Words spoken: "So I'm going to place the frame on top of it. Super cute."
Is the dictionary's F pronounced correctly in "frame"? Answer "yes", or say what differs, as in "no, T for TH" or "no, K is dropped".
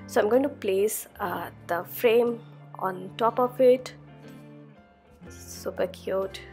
yes